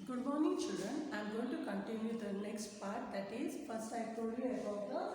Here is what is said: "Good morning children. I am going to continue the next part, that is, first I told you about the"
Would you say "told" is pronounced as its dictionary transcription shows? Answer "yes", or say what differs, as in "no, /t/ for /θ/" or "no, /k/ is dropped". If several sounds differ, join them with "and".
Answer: no, /l/ is dropped